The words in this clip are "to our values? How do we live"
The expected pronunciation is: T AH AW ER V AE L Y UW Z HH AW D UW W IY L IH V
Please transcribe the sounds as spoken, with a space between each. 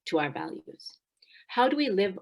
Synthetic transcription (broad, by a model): T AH AW ER V AE L Y UW Z HH AW D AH W IY L IH V